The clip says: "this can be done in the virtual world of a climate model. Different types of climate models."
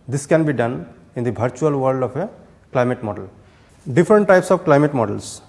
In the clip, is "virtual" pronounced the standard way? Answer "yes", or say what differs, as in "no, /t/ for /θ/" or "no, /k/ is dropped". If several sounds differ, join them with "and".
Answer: no, /b/ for /v/